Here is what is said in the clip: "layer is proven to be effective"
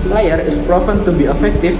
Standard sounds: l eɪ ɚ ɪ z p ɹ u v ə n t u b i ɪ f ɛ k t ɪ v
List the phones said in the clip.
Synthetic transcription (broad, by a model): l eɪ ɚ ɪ s p ɹ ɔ f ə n t u b i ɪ f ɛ k t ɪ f